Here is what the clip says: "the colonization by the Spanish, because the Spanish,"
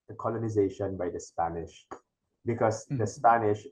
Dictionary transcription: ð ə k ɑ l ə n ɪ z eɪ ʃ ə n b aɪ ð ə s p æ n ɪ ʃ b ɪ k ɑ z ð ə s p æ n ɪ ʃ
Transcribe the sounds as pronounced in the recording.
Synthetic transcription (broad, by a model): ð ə k ɑ l ə n ɪ z eɪ ʃ ə n b aɪ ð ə s p æ n ɪ ʃ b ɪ k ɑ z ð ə s p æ n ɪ ʃ